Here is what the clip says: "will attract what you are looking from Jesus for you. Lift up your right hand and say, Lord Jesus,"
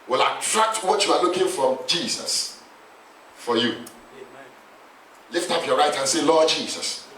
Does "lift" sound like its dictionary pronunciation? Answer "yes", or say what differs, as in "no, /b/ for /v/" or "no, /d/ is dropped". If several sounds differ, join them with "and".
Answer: yes